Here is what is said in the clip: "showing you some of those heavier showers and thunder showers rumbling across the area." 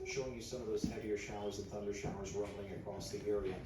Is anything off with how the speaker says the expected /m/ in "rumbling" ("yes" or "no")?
yes